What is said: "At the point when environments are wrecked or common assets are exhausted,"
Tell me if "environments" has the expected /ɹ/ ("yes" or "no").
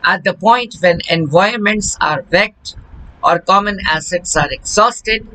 no